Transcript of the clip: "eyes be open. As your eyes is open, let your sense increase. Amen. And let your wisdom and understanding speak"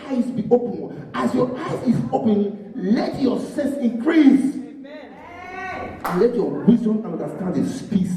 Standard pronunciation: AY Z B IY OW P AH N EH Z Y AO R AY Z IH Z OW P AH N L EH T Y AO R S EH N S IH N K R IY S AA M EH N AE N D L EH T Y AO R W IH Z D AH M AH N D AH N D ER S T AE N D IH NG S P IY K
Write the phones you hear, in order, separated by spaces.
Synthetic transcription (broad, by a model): AY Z B IY OW P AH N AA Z Y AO AY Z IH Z OW P AH N L EH T Y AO S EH S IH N K R IY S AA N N L EH T Y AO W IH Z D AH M AH N D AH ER S T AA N D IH S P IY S